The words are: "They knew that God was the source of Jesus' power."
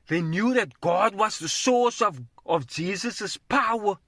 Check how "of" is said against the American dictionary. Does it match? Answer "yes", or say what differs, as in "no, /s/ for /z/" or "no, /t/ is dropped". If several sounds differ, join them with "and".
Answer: yes